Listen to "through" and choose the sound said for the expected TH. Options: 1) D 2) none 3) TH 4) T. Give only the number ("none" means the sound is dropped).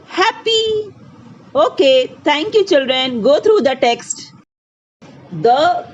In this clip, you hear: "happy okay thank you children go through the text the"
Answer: 4